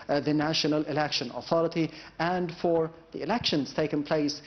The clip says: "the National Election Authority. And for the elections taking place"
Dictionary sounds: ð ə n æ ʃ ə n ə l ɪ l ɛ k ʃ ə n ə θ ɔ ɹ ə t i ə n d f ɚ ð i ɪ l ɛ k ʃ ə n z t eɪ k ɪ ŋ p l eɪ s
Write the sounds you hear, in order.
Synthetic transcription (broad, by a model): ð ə n æ ʃ ə n ə l ɪ l ɛ k ʃ ə n ə θ ɔ ɹ ə t i ə n d f ɚ ð i ɪ l ɛ k ʃ ə n z t eɪ k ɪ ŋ p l eɪ s